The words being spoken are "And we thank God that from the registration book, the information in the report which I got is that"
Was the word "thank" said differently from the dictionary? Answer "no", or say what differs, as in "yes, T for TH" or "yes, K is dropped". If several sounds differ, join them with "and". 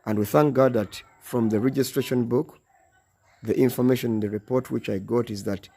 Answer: no